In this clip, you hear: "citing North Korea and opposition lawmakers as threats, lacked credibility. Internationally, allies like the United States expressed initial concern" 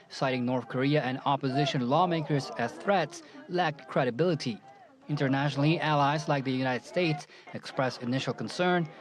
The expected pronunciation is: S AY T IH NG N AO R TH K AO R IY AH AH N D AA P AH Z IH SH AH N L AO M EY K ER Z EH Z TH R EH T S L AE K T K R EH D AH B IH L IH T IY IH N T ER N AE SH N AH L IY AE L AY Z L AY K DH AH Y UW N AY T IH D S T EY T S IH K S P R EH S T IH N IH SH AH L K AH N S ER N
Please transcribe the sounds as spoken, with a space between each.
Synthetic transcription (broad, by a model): S AY T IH NG N AO R TH K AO R IY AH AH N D AA P AH Z IH SH AH N L AO M EY K ER Z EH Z TH R EH T S L AE K T K R EH D AH B IH L IH T IY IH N T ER N AE SH N L IY AE L AY Z L AY K DH AH Y UW N AY T IH D S T EY T S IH K S P R EH S IH N IH SH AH L K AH N S ER N